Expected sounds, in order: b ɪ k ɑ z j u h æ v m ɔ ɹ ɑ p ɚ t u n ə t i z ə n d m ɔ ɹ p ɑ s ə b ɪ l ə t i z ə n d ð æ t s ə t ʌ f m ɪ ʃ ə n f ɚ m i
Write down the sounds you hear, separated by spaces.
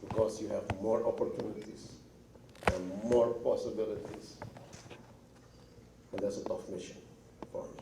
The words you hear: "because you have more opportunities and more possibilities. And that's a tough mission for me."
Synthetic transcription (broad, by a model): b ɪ k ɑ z j u h æ v m ɔ ɹ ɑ p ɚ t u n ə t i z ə n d m ɔ ɹ p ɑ s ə b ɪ l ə t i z ə n d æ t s ə t ʌ f m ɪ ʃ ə n p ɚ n